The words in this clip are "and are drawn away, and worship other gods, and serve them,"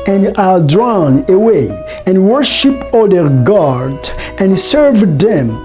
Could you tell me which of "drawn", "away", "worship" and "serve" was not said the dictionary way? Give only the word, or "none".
none